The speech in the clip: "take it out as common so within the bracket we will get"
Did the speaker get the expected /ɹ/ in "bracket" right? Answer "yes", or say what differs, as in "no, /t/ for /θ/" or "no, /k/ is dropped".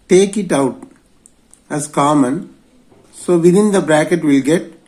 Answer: yes